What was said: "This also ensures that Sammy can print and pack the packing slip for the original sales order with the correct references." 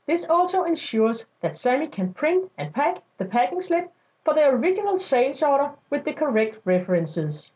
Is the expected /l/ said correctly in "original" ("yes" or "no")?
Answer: yes